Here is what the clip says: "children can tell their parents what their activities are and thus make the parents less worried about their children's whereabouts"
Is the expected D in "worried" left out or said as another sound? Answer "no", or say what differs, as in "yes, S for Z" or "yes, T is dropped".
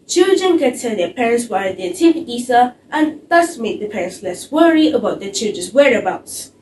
yes, D is dropped